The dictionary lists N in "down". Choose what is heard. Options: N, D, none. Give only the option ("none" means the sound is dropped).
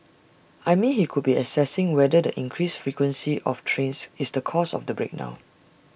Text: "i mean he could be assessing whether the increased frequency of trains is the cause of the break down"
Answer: none